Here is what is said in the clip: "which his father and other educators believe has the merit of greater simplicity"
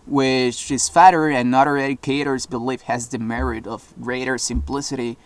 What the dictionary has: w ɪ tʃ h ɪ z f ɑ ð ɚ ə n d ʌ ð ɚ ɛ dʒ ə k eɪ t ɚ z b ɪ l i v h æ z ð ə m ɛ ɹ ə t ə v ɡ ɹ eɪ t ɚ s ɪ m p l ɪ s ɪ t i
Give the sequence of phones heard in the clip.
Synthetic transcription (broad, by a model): w ɪ tʃ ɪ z f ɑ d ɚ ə n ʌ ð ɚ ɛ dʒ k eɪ t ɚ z b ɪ l i f h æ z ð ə m ɛ ɹ ə t ə v ɡ ɹ eɪ t ɚ s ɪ m p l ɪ s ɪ t i